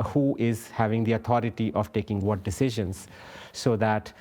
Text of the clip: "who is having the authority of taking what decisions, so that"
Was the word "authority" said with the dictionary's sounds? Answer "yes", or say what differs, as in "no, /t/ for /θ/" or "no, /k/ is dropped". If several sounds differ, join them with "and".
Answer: no, /t/ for /θ/